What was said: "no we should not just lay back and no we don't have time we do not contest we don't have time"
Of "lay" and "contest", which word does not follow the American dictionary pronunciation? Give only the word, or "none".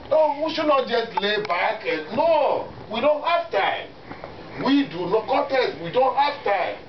contest